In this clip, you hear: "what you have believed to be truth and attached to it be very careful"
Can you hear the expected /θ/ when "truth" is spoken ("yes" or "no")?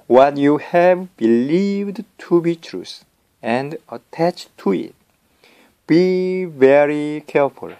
no